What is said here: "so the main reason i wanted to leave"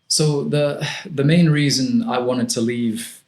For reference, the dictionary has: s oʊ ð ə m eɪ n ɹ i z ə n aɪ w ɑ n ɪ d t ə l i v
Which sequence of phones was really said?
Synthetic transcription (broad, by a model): s oʊ ð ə m eɪ n ɹ i z ə n aɪ w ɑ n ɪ d t ə l i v